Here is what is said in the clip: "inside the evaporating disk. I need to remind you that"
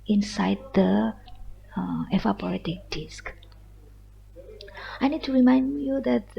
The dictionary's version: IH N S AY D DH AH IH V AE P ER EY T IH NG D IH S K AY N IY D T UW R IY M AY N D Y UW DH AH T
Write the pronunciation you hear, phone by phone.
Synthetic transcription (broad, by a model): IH N S AY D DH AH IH F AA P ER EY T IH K D IH S K AY N IY D T UW R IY M AY N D Y UW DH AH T